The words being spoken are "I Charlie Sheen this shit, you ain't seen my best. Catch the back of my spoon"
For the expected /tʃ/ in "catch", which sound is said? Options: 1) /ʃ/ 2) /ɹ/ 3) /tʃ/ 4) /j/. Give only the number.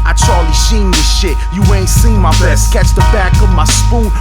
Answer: 3